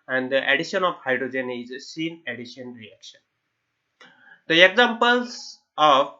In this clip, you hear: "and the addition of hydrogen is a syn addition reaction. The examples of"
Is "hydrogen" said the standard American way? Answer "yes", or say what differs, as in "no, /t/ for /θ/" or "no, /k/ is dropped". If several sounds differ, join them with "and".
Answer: yes